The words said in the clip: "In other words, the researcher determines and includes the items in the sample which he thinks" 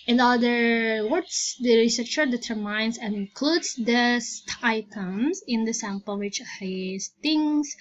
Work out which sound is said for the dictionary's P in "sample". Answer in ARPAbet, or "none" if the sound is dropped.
P